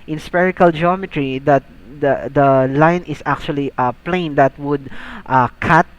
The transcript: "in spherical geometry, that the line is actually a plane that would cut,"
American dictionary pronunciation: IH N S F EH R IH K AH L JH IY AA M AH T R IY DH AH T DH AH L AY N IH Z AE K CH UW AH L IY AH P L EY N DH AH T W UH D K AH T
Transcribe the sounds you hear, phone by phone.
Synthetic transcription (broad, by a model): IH N S P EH R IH K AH L JH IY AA M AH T R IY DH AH T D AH L AY N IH S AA K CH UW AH L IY AH P L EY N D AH T W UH D K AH T